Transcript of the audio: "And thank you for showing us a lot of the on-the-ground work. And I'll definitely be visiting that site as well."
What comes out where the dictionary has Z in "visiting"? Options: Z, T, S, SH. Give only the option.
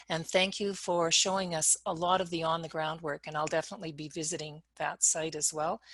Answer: Z